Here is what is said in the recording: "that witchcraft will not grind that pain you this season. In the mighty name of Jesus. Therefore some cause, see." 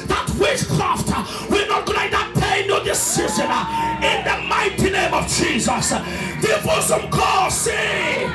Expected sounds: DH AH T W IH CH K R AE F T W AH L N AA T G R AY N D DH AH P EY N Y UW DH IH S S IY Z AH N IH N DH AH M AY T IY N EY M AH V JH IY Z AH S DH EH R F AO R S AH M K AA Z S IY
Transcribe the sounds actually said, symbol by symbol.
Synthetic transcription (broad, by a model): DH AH T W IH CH K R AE F T W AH N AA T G AY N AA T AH P EY N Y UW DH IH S S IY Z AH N IH N DH AH M AY T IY N EY M AH V JH IY Z AH S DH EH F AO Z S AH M K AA S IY